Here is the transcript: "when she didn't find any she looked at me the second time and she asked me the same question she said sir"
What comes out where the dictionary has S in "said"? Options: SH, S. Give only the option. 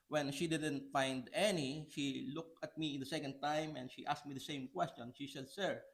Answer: SH